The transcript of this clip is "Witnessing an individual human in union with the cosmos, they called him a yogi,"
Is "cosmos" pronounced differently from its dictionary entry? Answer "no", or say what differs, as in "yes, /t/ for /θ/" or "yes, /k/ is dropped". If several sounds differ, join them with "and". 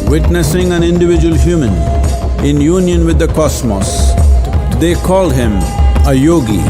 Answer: yes, /s/ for /z/